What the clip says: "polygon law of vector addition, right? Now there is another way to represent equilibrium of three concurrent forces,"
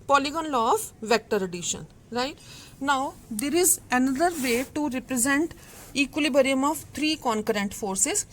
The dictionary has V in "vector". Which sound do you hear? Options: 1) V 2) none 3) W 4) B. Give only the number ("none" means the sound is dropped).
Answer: 1